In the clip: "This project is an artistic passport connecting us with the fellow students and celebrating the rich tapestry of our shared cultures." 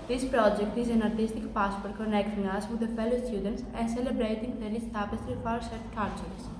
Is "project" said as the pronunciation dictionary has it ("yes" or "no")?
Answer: yes